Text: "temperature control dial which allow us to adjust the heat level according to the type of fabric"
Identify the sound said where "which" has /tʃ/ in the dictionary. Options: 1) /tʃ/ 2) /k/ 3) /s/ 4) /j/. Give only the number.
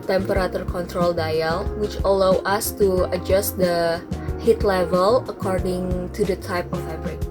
1